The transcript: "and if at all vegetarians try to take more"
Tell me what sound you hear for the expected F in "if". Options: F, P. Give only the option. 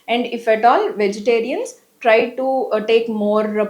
F